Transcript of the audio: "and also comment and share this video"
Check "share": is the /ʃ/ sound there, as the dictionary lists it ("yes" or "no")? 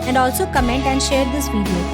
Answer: yes